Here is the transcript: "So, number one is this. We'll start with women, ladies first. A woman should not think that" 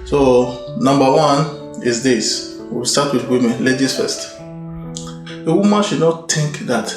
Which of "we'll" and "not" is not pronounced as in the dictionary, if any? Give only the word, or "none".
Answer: we'll